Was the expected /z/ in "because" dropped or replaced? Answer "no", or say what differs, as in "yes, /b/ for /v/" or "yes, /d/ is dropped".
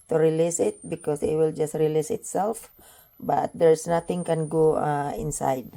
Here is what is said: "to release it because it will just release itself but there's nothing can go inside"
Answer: yes, /s/ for /z/